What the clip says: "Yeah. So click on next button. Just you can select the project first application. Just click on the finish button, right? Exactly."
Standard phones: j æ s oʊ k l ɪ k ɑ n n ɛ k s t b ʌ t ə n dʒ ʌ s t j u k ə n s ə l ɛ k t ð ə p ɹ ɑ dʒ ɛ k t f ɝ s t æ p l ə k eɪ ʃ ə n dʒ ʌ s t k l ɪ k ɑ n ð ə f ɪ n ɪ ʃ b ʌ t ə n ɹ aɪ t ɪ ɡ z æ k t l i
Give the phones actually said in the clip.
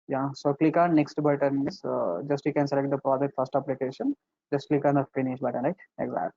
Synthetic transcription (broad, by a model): j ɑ s oʊ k l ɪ k ɑ n n ɛ k s t b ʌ t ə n dʒ ʌ s t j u k ə n s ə l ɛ k t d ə p ɹ ɑ dʒ ɛ k t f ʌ s t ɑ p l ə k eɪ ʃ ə n dʒ ʌ s t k l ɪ k ɑ n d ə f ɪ n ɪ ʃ b ʌ t ə n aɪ ɪ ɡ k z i